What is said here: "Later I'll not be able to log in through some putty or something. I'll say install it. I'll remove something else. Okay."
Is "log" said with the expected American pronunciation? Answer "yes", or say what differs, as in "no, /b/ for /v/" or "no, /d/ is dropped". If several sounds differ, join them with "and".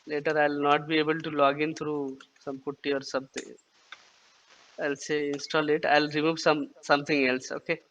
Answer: yes